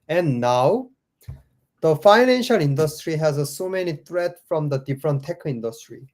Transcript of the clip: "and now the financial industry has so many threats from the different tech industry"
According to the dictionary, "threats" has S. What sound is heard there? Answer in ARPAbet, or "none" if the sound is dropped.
none